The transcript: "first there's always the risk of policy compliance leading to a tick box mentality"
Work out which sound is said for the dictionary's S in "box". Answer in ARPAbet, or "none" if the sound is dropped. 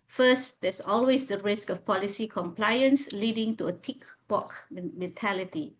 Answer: none